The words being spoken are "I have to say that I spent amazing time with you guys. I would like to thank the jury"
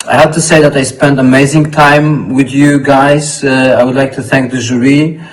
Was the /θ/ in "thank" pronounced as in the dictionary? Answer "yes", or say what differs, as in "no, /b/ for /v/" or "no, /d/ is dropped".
yes